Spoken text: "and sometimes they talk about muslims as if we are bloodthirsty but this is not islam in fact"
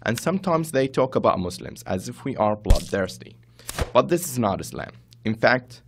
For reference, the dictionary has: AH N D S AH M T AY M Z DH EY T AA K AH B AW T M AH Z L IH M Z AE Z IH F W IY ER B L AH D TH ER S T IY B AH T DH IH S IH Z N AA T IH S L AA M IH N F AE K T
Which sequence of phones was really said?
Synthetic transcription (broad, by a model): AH N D S AH M T AY M Z DH EY T AA K AH B AW T M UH S L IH M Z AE Z IH F W IY ER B L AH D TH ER S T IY B AH T DH IH S IH Z N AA T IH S L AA M IH N F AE K T